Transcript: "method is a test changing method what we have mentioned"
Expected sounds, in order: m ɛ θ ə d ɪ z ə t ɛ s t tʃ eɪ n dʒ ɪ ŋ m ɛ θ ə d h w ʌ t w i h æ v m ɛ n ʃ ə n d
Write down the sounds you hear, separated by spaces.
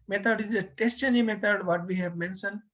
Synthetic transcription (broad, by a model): m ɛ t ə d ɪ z ə t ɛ s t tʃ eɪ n ɪ m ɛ t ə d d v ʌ t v i h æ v m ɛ n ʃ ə n d